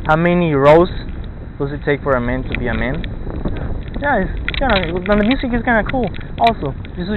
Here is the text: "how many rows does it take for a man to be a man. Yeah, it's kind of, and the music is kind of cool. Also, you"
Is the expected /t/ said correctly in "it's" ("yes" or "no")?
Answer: no